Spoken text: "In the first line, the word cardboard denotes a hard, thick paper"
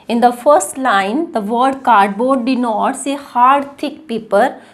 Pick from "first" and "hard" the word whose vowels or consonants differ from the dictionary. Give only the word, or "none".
none